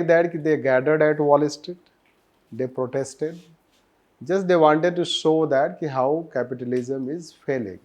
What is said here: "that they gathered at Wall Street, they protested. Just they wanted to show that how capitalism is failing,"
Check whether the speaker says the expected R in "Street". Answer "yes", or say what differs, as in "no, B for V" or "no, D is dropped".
no, R is dropped